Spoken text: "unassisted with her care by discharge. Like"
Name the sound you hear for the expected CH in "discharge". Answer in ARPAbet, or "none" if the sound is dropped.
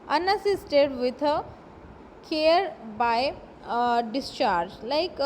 CH